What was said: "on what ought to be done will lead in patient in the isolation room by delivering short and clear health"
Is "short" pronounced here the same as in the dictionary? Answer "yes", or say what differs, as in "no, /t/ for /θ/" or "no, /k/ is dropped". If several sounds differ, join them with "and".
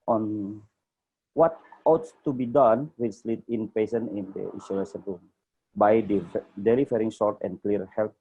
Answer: no, /s/ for /ʃ/